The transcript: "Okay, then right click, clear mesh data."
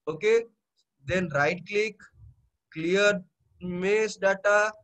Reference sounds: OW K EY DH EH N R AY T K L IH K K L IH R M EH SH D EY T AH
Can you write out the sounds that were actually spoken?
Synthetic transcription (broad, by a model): OW K EY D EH N R AY T K L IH K K L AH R M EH S D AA T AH